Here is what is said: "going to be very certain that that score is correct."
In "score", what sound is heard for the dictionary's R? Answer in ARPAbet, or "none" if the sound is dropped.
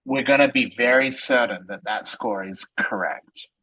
R